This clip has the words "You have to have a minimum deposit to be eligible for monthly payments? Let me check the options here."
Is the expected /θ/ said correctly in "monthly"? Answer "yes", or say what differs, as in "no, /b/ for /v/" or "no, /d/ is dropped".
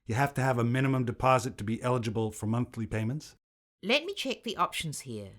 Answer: yes